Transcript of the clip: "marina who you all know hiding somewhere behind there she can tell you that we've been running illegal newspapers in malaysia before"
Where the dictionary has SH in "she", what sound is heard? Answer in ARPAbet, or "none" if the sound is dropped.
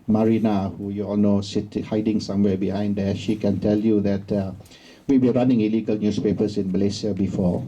SH